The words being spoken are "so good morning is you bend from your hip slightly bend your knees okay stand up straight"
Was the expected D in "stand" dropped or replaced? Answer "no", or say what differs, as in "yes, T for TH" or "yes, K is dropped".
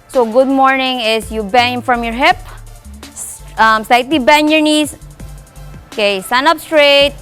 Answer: yes, D is dropped